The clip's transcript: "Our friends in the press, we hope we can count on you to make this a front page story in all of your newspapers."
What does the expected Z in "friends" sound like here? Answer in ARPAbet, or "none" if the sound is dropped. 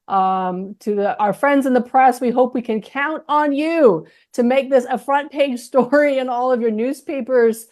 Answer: Z